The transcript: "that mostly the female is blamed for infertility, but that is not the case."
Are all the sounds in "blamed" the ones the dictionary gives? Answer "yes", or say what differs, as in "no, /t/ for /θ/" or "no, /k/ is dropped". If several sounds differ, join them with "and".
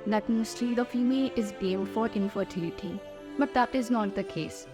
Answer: no, /l/ is dropped